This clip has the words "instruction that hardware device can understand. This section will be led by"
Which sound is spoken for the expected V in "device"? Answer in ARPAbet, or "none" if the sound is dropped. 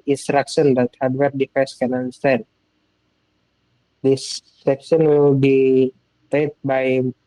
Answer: F